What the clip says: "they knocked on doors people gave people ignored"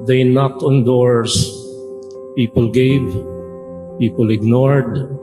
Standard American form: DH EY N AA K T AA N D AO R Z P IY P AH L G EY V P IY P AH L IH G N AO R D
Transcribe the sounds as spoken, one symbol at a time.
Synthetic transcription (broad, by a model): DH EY N AA K T AA N D AO R S P IY P AH L G EY V P IY P AH L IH G N AO R D